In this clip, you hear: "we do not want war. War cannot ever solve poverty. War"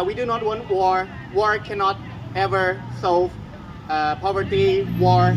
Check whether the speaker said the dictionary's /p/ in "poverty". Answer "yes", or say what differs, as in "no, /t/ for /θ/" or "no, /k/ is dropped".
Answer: yes